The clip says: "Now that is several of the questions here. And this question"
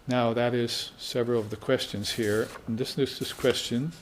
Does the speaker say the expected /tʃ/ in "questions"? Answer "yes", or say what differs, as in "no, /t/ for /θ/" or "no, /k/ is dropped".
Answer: yes